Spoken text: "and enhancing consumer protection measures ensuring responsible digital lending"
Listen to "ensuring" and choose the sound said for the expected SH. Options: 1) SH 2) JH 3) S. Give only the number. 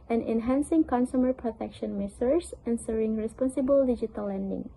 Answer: 3